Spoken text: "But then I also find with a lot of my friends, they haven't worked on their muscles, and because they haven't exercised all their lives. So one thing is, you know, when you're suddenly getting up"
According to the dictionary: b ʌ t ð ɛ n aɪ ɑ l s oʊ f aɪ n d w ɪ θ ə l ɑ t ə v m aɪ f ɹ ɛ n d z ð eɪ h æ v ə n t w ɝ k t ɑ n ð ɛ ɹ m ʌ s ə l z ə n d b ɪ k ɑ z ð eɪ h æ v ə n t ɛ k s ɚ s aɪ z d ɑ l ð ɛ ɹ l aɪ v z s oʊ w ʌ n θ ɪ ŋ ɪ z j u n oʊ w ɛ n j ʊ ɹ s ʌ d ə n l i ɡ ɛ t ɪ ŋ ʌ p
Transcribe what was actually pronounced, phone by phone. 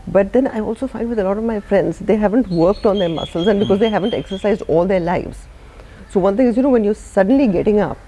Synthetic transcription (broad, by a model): b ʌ t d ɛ n aɪ ɑ l s oʊ f aɪ n d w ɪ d ə l ɑ t ə v m aɪ f ɹ ɛ n d z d eɪ h æ v ə n t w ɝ k t ɑ n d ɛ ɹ m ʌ s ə l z ə n d b ɪ k ɑ z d eɪ h æ v ə n t ɛ k s ɚ s aɪ z d ɑ l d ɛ ɹ l aɪ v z s oʊ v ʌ n t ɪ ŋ ɪ z j u n oʊ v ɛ n j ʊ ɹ s ʌ d ə n l i ɡ ɛ t ɪ ŋ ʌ p